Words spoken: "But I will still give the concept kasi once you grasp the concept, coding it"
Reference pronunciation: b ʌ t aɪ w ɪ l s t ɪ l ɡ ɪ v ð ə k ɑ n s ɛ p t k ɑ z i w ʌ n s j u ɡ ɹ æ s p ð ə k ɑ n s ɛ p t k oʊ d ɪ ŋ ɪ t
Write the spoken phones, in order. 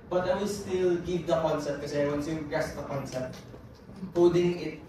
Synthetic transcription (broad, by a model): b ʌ t aɪ w ɪ l s t ɪ l ɡ ɪ v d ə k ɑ n s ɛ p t k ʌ s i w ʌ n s j u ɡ ɛ s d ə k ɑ n s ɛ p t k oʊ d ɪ ŋ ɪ t